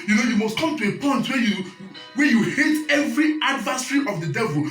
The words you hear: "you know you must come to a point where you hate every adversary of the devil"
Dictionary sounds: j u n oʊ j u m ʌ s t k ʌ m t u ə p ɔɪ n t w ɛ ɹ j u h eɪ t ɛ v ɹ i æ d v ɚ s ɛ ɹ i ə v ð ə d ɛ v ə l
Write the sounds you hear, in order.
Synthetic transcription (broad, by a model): j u n oʊ j u m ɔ s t k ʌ m t u ə p ɔɪ n t w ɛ w j u h eɪ t ɛ v ɹ i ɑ d v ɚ s ɹ i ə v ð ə d ɛ v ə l